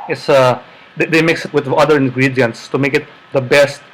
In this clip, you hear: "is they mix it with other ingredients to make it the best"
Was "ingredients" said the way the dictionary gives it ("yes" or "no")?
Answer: yes